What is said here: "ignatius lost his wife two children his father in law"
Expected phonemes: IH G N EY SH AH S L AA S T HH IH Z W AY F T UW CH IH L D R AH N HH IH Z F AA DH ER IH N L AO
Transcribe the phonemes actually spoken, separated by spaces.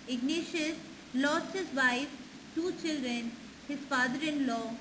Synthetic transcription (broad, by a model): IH G N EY SH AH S L AA S T HH IH Z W AY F T UW CH IH L D R AH N HH IH Z F AA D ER IH N L AO